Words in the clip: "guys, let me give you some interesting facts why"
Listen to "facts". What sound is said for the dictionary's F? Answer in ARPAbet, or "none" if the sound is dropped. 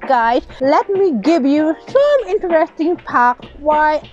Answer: P